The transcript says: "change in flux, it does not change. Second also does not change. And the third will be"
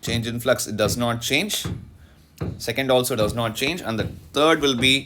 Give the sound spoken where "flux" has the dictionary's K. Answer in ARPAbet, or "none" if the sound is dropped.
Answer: K